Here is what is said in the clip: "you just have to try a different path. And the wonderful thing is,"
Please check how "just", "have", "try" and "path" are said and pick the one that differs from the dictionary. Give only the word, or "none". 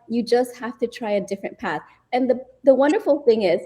have